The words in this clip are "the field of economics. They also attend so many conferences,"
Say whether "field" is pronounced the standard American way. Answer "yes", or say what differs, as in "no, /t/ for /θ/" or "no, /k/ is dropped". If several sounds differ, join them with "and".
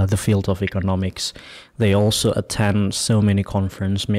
yes